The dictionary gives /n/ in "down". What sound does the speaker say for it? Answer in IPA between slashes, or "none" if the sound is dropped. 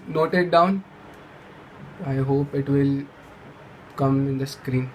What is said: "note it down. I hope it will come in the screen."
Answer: /n/